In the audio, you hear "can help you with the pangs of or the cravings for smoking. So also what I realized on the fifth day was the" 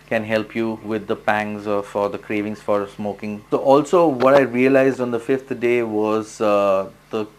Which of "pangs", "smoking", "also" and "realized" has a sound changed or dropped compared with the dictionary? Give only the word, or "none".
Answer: none